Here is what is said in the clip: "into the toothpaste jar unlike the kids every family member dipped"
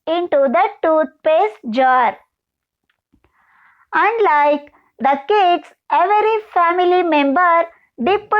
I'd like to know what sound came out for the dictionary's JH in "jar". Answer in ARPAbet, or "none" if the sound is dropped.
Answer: JH